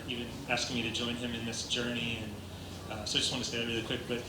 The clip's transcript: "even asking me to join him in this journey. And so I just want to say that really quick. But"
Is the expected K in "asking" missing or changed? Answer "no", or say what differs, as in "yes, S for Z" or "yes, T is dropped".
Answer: no